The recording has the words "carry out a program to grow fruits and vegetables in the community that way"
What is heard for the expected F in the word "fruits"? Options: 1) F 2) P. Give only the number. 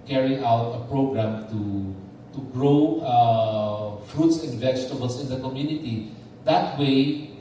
1